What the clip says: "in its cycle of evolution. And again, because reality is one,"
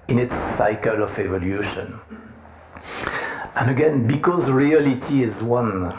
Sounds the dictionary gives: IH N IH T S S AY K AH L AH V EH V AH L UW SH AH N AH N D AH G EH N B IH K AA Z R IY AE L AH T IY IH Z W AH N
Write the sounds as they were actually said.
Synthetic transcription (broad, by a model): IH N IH T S S AY K AH L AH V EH V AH L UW SH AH N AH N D AH G EH N B IH K AA Z R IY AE L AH T IY IH Z W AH N